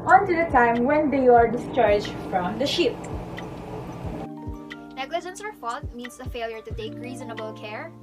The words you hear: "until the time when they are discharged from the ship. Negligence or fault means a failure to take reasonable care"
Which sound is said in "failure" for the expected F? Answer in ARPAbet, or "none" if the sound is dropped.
F